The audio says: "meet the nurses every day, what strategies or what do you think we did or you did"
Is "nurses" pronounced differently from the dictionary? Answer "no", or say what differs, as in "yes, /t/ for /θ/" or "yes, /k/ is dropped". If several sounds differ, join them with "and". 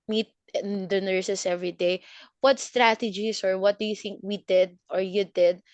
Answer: yes, /s/ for /z/